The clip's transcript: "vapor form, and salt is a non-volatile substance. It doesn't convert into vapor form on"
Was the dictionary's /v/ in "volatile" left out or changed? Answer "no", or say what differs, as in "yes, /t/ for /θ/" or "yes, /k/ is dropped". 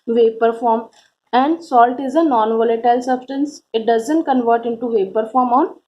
no